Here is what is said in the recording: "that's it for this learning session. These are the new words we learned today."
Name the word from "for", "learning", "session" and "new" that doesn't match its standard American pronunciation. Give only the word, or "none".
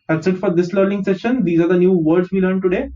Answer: learning